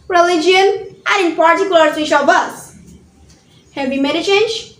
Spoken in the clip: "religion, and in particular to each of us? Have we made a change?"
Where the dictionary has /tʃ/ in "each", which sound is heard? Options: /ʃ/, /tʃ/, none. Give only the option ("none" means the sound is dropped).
/ʃ/